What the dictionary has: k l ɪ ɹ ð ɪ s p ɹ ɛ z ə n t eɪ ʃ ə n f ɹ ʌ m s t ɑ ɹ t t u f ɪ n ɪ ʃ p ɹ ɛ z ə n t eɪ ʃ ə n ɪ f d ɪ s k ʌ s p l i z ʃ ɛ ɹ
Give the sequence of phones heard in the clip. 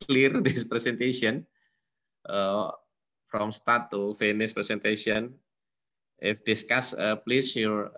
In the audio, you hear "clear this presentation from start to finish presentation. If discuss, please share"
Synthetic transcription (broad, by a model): l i ɹ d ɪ s p ɹ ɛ s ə n t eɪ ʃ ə n f ɹ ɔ m s t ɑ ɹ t t u f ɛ n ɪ s p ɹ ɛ s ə n t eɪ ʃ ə n ɪ f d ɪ s k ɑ s p l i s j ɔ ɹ